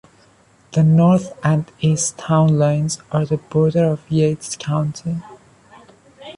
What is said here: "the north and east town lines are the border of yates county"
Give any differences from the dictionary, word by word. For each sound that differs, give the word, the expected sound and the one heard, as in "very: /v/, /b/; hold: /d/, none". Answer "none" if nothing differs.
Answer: none